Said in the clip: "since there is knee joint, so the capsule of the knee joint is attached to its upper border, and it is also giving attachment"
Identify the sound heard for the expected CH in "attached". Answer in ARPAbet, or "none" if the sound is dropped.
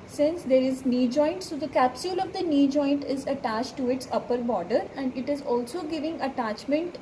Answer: CH